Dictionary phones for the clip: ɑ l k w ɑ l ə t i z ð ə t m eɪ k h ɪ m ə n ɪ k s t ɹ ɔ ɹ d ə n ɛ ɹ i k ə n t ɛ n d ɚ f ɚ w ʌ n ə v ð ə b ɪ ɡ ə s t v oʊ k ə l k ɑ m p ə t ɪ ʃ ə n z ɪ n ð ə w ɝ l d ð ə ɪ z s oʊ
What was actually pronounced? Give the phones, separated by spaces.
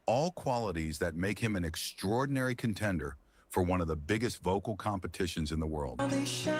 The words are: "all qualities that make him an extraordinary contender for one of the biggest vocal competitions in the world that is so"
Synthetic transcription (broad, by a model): ɑ l k w ɑ l ə t i z ð ə t m eɪ k h ɪ m ə n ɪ k s t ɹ ɔ ɹ d n ɛ ɹ i k ə n t ɛ n d ɚ f ɚ w ʌ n ə v ð ə b ɪ ɡ ə s t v oʊ k l k ɑ m p ə t ɪ ʃ ə n z ɪ n ð ə w ɝ l d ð